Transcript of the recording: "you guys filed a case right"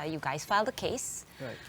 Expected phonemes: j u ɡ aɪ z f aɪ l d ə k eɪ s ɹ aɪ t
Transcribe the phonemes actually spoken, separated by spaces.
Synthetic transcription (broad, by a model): j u ɡ aɪ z f aɪ l d ə k eɪ s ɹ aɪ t